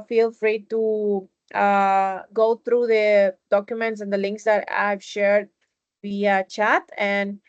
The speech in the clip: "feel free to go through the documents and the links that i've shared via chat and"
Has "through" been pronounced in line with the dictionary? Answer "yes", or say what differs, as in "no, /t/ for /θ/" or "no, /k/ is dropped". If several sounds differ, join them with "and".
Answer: no, /t/ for /θ/